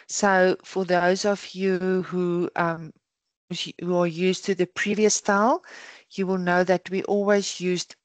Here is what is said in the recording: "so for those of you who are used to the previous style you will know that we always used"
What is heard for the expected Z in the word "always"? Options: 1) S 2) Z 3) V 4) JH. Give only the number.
2